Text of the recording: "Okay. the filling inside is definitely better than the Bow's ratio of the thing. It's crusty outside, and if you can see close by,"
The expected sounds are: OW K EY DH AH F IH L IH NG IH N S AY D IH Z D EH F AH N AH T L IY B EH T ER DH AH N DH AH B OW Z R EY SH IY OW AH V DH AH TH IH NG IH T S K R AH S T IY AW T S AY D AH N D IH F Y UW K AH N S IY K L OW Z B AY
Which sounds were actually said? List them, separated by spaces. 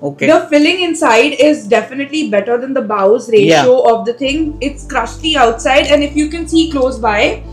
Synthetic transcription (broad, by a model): OW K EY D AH F IH L IH NG IH N S AY D IH Z D EH F AH N AH T L IY B EH T ER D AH N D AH B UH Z R EY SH OW AH V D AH T IH NG IH T S K R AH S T IY AW T S AY D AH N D IH F Y UW K AH N S IY K L OW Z B AY